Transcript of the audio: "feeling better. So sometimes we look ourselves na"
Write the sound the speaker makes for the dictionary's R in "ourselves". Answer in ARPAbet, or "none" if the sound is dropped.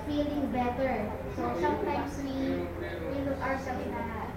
W